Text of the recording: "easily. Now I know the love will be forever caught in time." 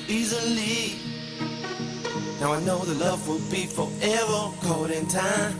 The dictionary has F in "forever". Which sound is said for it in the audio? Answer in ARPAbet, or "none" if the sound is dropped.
P